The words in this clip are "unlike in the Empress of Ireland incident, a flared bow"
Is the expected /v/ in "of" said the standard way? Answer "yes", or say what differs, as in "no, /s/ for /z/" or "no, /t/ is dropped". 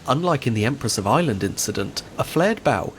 yes